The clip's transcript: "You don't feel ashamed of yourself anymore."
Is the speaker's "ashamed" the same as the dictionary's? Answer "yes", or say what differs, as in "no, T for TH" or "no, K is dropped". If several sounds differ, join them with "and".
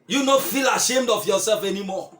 yes